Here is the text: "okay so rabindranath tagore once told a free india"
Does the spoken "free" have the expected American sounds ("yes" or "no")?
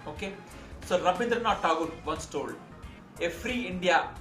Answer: yes